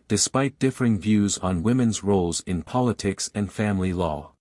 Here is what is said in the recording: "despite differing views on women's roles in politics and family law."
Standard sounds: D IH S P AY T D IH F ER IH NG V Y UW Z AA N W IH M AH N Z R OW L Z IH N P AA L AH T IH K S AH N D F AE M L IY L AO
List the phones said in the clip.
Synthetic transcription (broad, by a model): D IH S P AY T D IH F ER IH NG V Y UW Z N W IH M AH N Z R OW L Z IH N P AA L AH T IH K S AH N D F AE M L IY L AO